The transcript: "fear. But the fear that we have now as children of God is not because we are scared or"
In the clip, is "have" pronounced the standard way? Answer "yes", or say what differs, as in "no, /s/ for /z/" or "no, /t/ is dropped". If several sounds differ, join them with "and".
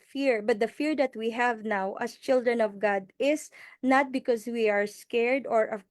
yes